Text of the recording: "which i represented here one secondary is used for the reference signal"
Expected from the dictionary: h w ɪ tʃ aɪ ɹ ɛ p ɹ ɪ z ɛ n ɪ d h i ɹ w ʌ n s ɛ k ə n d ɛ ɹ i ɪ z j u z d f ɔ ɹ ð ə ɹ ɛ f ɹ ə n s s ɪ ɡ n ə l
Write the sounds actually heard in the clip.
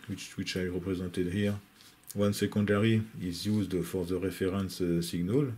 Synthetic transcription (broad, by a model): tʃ w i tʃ aɪ ɹ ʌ p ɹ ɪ z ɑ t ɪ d h i ɹ w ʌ n s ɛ k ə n d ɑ ɹ i ɪ z j u z d f ɔ ɹ ð ə ɹ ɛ f ɹ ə n s s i ɡ n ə l